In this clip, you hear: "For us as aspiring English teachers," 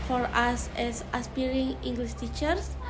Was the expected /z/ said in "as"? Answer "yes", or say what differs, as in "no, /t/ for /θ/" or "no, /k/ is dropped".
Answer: no, /s/ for /z/